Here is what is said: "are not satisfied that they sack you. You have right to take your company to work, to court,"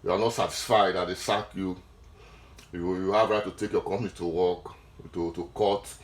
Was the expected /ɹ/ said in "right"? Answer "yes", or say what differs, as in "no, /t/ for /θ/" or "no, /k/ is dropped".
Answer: yes